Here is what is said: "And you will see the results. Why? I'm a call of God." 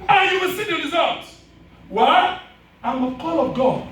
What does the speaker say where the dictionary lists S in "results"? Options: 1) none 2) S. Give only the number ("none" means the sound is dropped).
1